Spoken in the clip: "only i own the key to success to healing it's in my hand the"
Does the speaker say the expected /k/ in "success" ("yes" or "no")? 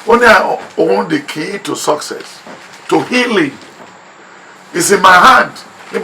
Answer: yes